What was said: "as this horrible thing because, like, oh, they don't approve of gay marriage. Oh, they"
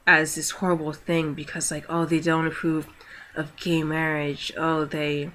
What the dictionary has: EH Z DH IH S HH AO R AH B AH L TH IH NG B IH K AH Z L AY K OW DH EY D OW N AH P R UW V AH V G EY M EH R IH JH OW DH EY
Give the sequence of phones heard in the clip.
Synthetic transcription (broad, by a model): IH Z DH IH S HH AO R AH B L TH IH NG B IH K AH Z L AY K OW DH EY D OW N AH P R UW V AH V G EY M EH R IH JH OW DH EY